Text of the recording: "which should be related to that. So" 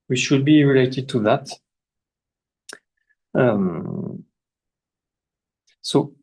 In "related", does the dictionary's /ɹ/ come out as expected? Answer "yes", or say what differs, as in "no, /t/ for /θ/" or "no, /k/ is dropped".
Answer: yes